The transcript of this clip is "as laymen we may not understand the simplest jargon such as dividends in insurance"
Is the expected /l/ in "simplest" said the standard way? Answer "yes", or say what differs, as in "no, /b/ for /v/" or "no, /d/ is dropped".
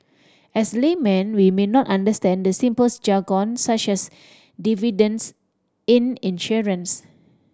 no, /l/ is dropped